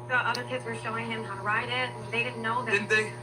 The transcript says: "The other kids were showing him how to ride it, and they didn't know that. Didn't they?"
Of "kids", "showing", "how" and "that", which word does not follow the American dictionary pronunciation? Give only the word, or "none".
none